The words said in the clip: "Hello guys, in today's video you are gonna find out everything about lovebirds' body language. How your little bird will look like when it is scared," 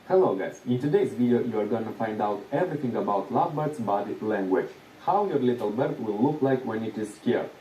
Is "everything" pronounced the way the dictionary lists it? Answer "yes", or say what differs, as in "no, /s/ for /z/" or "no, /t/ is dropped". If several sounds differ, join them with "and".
no, /t/ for /θ/